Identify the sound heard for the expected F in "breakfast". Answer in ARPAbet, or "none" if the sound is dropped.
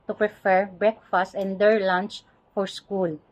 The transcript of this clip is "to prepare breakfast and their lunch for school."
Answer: F